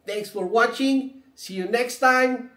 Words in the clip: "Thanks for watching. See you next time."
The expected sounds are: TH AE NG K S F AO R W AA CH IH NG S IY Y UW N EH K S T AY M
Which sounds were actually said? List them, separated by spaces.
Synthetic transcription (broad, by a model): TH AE NG K S F AO R W AA CH IH NG S IY Y UW N EH K S T AY M